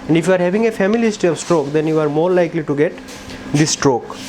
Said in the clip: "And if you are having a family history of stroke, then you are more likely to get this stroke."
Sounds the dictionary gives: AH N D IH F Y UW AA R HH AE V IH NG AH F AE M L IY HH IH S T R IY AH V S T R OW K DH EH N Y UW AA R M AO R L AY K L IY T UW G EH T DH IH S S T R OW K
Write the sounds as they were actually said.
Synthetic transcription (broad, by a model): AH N D IH F Y UW AA R HH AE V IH NG AH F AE M IY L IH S T IY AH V S T R OW K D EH N Y UW AA R M AO R L AY K L IY T UW G EH T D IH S S T R OW K